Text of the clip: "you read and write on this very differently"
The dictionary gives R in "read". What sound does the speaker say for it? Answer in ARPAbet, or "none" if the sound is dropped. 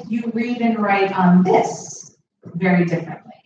R